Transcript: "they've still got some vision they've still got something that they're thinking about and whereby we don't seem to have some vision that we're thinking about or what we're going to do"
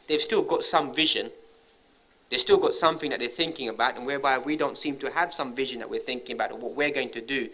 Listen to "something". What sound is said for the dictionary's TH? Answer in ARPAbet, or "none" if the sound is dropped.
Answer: TH